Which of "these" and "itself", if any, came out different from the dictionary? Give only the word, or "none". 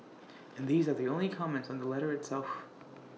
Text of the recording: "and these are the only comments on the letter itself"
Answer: none